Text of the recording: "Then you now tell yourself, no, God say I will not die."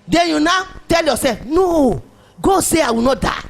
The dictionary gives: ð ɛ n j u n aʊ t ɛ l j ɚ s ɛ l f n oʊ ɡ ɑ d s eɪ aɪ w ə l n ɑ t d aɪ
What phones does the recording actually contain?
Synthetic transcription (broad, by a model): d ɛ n j u n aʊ t ɛ l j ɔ s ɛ f n oʊ ɡ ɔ s eɪ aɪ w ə n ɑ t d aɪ